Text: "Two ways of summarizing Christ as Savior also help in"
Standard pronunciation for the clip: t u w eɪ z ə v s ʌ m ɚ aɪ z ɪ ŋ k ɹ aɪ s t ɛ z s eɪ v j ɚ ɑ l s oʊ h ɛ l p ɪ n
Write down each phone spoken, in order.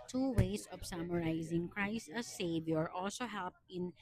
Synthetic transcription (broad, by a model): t u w eɪ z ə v s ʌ m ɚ aɪ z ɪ ŋ k ɹ aɪ s t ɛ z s eɪ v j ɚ ɑ l s oʊ h ɛ l p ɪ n